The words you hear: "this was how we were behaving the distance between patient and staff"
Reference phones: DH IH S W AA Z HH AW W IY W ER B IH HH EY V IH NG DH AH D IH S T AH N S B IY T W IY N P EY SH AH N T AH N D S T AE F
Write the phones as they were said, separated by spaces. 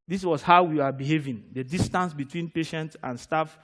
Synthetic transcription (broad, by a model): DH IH S W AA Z HH AW W IY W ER B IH HH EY V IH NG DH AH D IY S T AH N S B IY T W IY N P EY SH AH N T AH N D S T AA F